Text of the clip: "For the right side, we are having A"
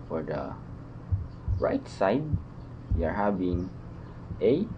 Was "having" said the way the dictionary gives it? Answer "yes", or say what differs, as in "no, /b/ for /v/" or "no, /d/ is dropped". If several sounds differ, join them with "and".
no, /b/ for /v/